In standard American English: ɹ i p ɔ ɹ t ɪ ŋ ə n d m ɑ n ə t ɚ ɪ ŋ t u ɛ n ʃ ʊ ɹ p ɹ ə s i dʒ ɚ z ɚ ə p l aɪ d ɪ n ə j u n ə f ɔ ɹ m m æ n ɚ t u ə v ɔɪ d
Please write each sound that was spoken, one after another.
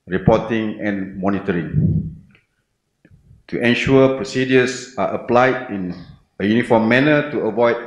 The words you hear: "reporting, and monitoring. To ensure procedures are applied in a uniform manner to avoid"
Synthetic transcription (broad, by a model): ɹ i p ɔ t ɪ ŋ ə n m ɑ n ə t ɚ ɪ ŋ t u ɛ n ʃ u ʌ p ɹ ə s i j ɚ s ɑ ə p l aɪ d ɪ n ə j u n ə f ɔ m m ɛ n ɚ t u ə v ɔɪ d